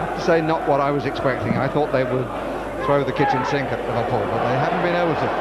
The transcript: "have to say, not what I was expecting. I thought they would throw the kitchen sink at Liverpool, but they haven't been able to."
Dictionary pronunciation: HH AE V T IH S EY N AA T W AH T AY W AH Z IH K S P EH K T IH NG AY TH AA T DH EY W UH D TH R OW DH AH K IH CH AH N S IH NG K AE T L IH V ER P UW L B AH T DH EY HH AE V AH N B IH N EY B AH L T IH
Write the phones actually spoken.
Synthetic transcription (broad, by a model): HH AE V T IH S EY N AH T W AH T AY W AH Z IH K S P EH K T IH NG AY TH AA T DH EY W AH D TH R OW DH AH K IH CH AH N S IH NG K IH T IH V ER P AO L B AH T DH EY HH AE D N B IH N EY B L T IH